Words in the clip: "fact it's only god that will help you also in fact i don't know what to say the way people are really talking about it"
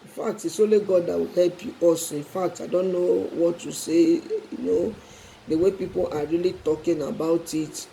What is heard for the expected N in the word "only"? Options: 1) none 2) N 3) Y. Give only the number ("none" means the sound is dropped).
1